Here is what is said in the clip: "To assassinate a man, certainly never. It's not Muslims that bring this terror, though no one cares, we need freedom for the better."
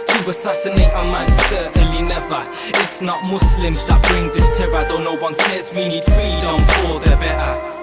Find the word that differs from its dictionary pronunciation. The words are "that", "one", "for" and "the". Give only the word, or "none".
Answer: for